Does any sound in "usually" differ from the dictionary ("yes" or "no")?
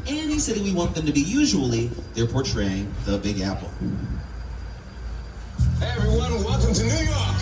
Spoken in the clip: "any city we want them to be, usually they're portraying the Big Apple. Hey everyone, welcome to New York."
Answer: no